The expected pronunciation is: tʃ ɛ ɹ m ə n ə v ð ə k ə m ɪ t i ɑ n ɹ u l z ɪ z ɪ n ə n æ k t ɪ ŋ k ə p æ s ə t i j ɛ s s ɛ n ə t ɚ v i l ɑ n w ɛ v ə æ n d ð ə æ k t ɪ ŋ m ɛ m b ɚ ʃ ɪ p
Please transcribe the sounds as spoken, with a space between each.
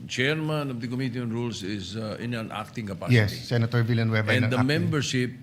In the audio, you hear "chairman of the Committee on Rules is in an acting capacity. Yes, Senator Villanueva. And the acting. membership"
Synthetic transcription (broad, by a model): tʃ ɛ ɹ m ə n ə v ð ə k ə m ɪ t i ɑ n ɹ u l s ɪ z ɪ n ə n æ k t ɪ ŋ k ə p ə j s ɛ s s ɛ n ə t ɚ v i l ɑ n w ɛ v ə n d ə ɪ m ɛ m b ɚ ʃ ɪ p